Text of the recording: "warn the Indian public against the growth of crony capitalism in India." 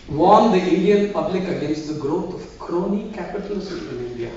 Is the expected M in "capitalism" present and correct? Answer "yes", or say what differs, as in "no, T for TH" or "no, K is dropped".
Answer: no, M is dropped